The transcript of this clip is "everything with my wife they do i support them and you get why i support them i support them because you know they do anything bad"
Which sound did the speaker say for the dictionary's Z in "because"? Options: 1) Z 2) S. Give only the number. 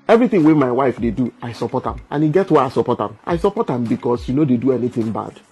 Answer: 2